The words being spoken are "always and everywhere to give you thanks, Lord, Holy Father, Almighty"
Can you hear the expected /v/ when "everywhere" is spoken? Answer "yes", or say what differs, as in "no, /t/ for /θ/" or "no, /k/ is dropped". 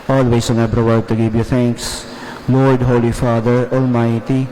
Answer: no, /p/ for /v/